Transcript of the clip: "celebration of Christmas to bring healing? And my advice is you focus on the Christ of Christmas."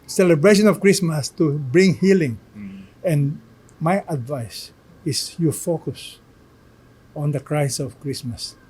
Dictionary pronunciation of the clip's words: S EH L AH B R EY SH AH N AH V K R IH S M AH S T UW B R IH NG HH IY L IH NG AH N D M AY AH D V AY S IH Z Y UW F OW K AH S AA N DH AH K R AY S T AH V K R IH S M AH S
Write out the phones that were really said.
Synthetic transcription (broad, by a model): S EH L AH B R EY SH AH N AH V K R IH S M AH S T UW B R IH NG HH IY L IH NG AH N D M AY AH D V AY S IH S Y UW F OW K AH S AA N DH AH K R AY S AH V K R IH S M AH S